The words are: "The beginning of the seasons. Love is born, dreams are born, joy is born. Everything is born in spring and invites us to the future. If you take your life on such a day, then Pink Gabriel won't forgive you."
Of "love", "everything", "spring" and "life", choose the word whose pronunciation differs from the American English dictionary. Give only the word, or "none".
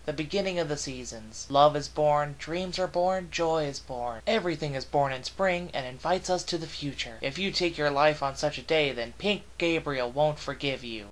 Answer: none